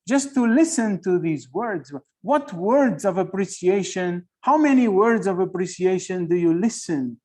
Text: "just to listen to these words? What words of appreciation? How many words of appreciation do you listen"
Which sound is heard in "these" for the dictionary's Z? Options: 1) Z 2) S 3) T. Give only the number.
1